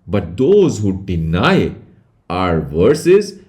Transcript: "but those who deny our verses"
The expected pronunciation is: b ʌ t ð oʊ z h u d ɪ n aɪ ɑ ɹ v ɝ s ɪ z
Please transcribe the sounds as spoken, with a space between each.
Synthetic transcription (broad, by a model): b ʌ t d oʊ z h u d ɪ n aɪ ɑ ɹ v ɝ s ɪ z